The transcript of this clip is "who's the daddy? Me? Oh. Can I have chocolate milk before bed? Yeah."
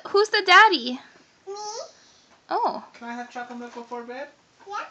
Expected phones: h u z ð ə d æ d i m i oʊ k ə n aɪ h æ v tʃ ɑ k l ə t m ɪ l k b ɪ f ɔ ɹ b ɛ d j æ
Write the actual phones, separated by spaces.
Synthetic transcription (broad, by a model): h u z ð ə d æ d i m oʊ k ə n aɪ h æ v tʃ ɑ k ə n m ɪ k b ɪ f ɔ ɹ b ɛ d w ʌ